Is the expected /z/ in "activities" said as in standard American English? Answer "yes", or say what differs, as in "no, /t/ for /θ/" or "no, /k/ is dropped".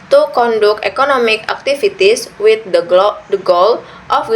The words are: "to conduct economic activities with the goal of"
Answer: no, /s/ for /z/